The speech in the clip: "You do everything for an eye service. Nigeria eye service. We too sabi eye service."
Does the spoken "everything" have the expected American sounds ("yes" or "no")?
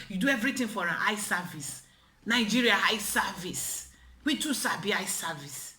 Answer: no